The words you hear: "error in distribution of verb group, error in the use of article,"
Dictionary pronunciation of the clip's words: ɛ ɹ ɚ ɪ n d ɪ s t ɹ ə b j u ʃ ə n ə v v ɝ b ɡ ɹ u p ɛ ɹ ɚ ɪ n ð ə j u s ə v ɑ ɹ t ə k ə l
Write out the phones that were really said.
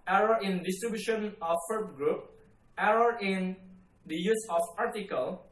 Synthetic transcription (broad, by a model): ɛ ɹ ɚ ɪ n d ɪ s t ɹ ə b j u ʃ ə n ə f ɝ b ɡ ɹ u p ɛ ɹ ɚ ɪ n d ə j u s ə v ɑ ɹ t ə k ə l